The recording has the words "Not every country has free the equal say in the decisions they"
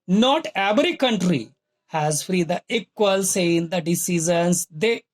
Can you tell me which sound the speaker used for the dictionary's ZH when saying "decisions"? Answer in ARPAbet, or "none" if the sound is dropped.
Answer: Z